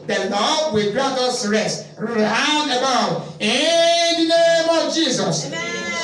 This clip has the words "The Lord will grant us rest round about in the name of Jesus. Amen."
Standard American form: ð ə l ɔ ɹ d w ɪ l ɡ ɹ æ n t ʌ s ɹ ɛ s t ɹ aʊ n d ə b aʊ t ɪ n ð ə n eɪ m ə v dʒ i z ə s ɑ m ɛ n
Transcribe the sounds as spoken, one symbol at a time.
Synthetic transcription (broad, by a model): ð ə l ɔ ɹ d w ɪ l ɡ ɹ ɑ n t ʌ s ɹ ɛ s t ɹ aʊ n ə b aʊ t ɪ n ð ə n eɪ m ə v dʒ i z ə s